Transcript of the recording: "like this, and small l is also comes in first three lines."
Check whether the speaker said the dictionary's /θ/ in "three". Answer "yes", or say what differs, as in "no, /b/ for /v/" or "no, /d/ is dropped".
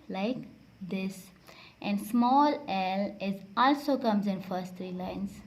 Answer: no, /t/ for /θ/